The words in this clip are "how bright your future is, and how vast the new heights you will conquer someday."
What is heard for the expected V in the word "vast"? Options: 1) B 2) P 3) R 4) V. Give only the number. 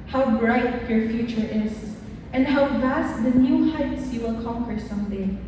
4